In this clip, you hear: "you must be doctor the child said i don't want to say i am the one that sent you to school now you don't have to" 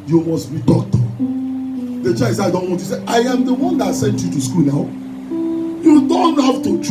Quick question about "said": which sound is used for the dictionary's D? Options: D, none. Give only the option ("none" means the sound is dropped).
none